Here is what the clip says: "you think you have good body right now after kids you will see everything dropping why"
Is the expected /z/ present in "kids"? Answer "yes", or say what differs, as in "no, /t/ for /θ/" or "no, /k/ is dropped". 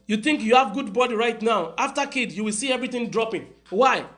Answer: no, /z/ is dropped